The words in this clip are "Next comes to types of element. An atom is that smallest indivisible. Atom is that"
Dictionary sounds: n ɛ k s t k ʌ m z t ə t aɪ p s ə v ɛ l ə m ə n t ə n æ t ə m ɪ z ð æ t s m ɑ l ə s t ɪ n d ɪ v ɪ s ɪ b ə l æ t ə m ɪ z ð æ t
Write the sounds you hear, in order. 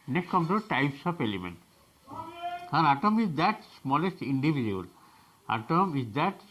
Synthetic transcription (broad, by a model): n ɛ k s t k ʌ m t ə t aɪ p s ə p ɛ l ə m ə n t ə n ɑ t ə m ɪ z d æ t s m ɑ l ə s t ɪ n d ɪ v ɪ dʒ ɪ ə l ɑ t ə m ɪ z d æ t